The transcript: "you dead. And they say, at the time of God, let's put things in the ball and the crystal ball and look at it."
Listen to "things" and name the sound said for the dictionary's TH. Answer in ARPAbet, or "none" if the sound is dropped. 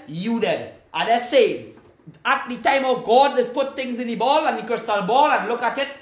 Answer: T